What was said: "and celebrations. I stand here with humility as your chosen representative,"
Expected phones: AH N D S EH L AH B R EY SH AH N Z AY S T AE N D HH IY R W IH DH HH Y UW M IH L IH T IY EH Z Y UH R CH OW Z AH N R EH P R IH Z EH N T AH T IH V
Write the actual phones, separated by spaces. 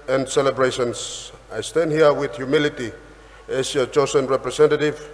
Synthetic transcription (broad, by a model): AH N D S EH L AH B R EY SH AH N S AY S T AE N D HH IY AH W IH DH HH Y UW M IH L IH T IY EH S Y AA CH OW S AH N R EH P R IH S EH N T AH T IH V